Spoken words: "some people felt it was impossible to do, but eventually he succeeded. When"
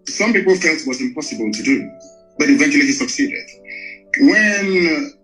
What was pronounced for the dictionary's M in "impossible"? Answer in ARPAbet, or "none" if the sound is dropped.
M